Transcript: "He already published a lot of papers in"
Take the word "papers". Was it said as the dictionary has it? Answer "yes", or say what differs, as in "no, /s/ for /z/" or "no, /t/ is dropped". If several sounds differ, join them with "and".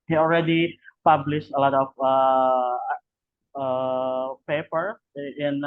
no, /z/ is dropped